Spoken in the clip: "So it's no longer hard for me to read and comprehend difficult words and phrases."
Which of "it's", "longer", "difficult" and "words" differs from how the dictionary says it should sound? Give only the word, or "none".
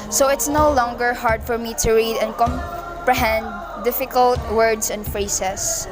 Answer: words